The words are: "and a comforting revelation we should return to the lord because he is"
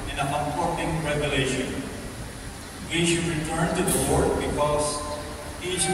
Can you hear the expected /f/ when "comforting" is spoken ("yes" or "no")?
no